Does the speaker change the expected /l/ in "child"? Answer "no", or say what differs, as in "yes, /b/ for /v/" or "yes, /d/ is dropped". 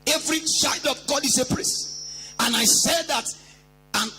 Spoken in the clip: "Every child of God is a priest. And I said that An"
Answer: no